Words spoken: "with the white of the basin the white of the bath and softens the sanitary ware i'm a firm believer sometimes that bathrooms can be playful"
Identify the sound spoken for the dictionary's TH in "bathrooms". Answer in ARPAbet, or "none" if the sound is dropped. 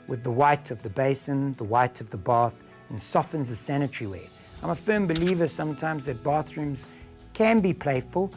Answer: TH